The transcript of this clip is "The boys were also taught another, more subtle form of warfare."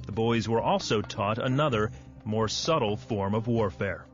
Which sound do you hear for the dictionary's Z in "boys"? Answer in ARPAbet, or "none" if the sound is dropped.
Z